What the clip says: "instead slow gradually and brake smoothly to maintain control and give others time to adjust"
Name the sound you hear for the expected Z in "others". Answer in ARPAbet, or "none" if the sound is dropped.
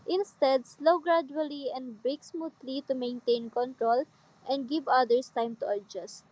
S